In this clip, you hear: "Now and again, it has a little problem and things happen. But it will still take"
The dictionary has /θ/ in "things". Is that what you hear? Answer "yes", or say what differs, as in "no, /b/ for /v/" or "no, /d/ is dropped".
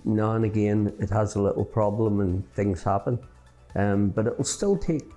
yes